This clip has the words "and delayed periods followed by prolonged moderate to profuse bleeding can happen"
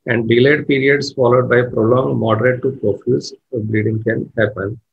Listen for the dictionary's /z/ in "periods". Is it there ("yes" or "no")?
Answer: no